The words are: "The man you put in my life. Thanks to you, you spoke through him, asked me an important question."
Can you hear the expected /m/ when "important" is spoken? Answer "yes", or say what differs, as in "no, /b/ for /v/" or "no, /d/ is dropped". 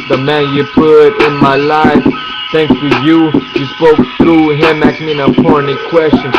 no, /m/ is dropped